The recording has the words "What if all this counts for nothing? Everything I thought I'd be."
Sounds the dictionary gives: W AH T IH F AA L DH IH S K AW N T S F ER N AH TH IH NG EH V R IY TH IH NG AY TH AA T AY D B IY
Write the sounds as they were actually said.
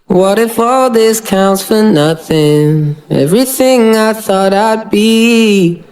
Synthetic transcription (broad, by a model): W AH T IH F AA L DH IH S K AW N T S F ER N AH TH IH NG EH V R IY TH IH NG AY TH AA T AY D B IY